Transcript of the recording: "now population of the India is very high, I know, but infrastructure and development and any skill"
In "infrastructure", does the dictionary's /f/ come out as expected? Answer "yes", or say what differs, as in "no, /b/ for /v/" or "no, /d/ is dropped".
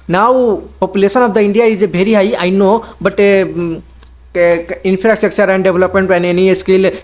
no, /p/ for /f/